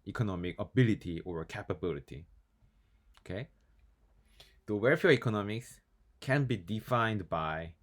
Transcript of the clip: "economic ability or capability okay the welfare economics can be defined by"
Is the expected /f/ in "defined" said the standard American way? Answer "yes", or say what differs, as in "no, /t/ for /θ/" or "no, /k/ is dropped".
yes